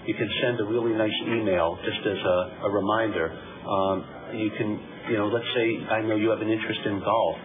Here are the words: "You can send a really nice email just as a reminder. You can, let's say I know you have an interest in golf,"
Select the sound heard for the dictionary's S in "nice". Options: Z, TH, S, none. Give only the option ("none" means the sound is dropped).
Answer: S